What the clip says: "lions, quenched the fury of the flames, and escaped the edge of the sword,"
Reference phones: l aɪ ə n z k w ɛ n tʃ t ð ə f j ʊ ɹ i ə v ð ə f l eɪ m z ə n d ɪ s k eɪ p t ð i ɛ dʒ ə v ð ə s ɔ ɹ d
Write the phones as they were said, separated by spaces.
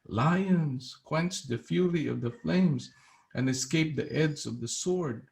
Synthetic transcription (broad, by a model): l aɪ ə n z k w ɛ n tʃ ð ə f j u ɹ i ə v ð ə f l eɪ m z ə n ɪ s k eɪ p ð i ɛ z ə v ð ə s ɔ ɹ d